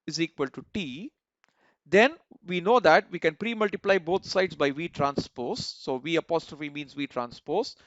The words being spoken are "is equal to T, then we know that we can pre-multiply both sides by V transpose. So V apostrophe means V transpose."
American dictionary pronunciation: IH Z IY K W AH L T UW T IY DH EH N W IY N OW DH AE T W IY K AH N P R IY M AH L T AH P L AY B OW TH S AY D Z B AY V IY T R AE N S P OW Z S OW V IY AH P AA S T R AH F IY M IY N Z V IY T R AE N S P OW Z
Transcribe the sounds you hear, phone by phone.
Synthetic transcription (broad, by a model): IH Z IY K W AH L T UW T IY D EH N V IY N OW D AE T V IY K AH N P R IY M AH L T AH P L AY B OW T S AY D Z B AY V IY T R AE N S P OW S OW V IY AH P AA S T R AH F IY M IY N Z V IY T R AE N S P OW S